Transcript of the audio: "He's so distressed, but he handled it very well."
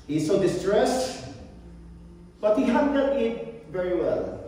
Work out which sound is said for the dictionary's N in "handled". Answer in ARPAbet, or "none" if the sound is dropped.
none